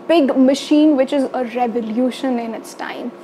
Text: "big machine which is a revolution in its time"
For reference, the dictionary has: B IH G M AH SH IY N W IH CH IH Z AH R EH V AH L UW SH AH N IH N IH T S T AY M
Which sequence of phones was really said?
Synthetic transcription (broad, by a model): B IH G M AH SH IY N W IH CH IH Z AH R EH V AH L UW SH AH N IH N IH T S T AY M